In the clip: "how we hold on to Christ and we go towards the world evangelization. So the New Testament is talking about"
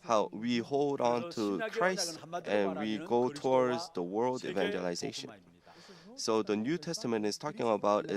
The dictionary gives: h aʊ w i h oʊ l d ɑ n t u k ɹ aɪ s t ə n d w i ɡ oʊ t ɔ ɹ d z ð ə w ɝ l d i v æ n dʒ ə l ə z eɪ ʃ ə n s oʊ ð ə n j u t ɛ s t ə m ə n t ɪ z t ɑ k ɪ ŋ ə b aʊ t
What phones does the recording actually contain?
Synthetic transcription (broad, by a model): h aʊ w i h oʊ l d n t u k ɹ aɪ s t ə n w i ɡ oʊ t ɔ ɹ d z ð ə w ɝ l d i v æ n dʒ ə l ə z eɪ ʃ ə n s oʊ ð ə n j u t ɛ s t ə m ə n t ɪ z t ɑ k ɪ ŋ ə b aʊ t